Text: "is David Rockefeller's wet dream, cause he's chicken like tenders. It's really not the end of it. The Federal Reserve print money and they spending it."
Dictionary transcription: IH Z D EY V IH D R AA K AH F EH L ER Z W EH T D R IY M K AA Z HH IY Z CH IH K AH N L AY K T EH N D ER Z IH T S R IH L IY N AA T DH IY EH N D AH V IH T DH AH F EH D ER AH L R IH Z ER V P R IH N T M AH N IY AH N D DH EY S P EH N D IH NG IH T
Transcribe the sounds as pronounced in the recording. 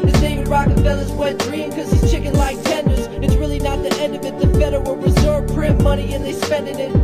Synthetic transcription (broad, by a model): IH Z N EY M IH R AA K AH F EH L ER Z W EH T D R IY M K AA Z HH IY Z CH IH K AH N L AY K T EH N D ER Z IH T S R IH L IY N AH T DH IY EH N D AH V IH T DH AH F EH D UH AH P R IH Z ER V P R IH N M AH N IY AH N DH EY S P EH N D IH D IH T